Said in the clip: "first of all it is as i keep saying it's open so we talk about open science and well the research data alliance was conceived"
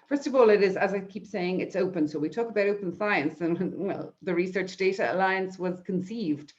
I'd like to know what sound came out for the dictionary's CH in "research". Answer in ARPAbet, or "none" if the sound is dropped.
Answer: CH